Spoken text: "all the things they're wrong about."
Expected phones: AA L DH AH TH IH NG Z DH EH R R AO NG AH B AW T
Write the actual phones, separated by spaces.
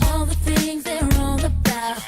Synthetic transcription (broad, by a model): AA L DH AH TH IH NG Z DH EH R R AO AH B AW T